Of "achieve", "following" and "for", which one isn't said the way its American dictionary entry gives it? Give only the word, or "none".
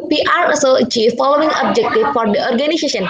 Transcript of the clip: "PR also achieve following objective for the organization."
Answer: none